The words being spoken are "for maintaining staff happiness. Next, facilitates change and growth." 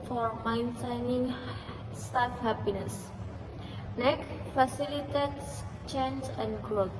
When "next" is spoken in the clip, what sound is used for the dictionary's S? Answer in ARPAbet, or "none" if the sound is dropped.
none